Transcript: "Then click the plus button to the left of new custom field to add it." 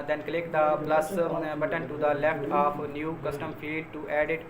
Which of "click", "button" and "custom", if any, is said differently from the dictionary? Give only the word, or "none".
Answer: none